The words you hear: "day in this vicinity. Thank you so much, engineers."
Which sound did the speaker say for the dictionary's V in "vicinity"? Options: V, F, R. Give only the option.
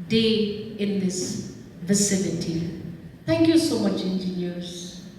V